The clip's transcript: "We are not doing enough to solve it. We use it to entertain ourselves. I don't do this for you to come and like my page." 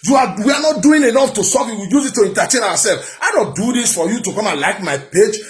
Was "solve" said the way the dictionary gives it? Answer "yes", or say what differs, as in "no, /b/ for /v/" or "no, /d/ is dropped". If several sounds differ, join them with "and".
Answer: no, /l/ is dropped